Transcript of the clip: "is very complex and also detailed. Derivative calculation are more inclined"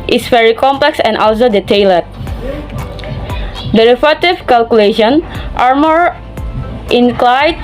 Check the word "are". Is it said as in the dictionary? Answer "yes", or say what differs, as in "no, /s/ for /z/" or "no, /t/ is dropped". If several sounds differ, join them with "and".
yes